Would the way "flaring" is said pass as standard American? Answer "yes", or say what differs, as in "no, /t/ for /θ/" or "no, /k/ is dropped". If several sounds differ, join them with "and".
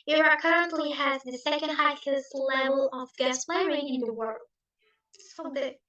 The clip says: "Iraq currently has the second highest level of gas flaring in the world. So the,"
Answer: no, /p/ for /f/